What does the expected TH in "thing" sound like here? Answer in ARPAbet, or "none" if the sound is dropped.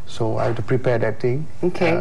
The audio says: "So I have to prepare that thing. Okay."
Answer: T